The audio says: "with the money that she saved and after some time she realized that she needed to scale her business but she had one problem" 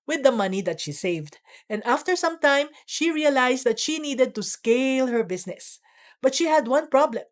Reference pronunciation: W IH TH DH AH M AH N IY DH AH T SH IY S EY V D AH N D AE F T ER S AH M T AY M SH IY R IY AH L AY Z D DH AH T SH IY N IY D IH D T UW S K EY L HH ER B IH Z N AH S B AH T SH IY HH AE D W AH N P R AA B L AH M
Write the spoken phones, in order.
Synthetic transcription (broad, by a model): W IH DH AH M AH N IY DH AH T SH IY S EY V D AH N D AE F T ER S AH M T AY M SH IY R IY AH L AY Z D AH T SH IY N IY D IH D T UW S K EY L HH ER B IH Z N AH S B AH T SH IY HH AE D W AH N P R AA B L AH M